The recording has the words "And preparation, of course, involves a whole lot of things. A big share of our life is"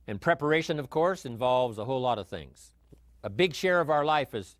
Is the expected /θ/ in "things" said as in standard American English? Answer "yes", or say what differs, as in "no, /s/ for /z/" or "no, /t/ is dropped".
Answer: yes